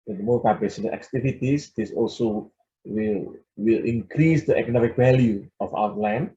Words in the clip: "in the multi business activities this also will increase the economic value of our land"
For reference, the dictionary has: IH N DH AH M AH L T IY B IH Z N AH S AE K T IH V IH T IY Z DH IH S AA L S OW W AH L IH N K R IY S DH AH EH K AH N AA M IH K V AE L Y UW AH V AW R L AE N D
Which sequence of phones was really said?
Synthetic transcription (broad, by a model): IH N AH M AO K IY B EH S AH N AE K T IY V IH T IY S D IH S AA L S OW W AH L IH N K R IY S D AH EH K AH N AA M IH K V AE L Y UW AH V AW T L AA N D